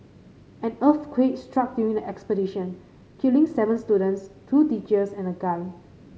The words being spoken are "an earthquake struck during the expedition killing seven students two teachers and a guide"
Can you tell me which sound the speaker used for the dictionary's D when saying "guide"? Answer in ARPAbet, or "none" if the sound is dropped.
none